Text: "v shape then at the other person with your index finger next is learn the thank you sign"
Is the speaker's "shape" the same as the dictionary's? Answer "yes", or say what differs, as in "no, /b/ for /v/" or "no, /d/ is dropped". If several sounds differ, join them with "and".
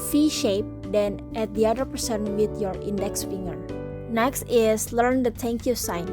yes